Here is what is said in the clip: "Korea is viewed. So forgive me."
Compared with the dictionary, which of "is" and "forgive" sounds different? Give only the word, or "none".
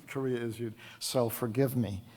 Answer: none